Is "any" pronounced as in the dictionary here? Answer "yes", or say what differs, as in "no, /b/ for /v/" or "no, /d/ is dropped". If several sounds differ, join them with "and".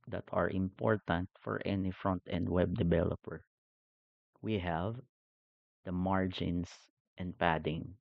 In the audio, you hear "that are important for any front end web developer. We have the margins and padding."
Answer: yes